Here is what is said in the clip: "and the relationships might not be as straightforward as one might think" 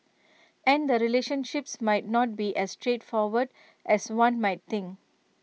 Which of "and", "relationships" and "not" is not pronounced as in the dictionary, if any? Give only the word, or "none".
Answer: none